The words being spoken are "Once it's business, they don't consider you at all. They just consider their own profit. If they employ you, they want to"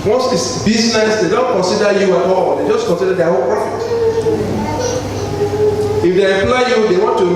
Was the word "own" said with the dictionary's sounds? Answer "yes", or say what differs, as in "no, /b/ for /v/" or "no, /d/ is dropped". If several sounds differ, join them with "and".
no, /l/ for /n/